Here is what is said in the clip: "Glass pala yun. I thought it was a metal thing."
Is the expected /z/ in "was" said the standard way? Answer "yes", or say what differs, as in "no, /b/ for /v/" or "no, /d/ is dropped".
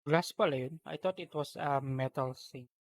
no, /s/ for /z/